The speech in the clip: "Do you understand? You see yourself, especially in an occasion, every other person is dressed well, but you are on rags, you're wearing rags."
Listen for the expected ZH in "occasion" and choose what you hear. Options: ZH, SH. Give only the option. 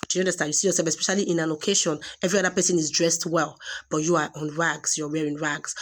SH